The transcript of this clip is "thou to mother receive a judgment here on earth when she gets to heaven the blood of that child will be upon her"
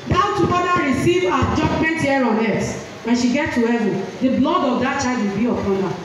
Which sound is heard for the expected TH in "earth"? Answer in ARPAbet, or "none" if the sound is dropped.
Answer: S